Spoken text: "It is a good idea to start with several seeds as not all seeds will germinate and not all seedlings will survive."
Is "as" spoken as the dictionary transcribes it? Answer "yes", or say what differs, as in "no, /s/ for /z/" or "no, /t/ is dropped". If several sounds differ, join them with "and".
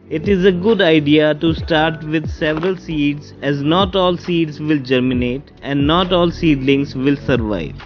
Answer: yes